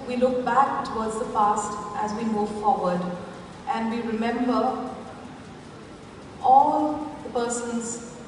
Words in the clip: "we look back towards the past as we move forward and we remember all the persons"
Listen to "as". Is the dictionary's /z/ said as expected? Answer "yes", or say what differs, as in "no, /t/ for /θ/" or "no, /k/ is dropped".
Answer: yes